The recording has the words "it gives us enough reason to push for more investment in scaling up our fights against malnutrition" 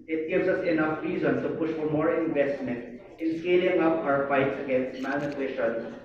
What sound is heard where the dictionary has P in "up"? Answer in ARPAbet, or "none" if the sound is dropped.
P